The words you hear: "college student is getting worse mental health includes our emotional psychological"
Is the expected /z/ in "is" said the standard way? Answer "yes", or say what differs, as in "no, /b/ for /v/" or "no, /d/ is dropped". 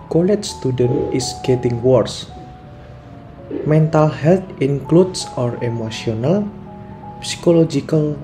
no, /s/ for /z/